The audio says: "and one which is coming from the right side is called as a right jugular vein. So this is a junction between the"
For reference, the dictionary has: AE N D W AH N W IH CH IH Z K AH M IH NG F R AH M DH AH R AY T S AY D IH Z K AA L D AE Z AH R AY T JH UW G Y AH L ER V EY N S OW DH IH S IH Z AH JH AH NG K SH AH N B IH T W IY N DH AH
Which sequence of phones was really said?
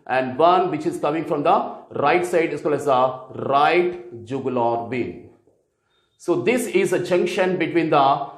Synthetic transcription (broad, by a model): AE N D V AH N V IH CH IH Z K AH M IH NG F R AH M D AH R AY T S AY D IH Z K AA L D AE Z AH R AY T JH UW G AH L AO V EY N S OW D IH S IH Z AH JH AH NG K SH AH N B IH T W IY N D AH